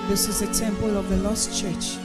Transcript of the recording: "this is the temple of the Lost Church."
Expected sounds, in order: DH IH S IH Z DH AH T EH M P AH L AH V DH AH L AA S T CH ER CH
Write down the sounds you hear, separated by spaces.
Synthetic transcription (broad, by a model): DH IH S IH Z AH S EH M P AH L AH V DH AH L AA S T CH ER CH